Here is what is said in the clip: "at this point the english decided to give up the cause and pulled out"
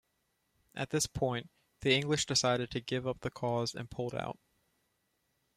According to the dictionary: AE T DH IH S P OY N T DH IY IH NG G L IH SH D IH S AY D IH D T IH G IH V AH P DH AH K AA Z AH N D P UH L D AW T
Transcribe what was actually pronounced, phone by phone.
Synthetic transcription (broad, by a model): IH T DH IH S P OY N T DH IY IH NG G L IH SH D IH S AY D IH D T IH G IH V AH P DH AH K AA Z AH N P UH L D AW T